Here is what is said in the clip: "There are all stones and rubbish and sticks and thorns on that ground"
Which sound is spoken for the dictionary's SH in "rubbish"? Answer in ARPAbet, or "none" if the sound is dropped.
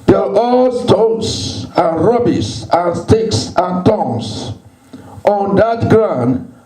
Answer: S